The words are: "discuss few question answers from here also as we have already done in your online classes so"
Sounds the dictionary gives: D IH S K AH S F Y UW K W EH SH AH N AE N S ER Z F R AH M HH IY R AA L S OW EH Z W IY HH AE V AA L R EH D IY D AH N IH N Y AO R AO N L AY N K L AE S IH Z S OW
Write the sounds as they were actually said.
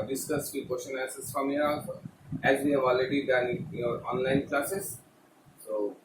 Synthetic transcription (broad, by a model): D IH S K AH S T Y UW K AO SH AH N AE S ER S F R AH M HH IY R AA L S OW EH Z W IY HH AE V AA L R EH D IY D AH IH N Y AO R AO N L AY N K L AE S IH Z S OW